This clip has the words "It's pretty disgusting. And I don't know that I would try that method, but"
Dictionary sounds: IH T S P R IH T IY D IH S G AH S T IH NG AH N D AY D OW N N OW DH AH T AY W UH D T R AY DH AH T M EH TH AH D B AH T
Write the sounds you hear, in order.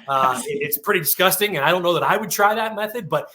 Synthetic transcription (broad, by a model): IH T S P R IH T IY D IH S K AH S T IH NG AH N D AY D OW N N OW DH AH T AY W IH D T R AY DH AH T M EH TH AH D B AH T